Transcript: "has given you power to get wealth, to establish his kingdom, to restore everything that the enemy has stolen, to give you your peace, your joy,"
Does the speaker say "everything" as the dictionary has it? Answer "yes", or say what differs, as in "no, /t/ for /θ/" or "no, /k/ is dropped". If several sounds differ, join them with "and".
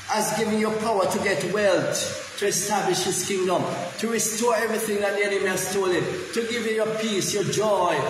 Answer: yes